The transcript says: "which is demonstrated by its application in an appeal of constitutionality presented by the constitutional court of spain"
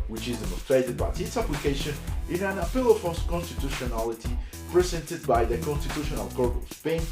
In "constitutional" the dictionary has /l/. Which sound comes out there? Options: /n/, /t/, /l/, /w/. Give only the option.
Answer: /l/